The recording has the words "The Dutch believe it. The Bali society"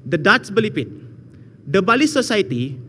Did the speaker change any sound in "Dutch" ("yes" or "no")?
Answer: yes